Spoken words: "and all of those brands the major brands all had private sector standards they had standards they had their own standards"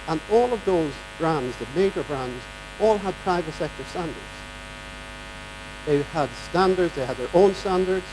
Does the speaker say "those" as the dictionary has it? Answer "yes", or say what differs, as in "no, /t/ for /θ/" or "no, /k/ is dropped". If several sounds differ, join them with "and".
yes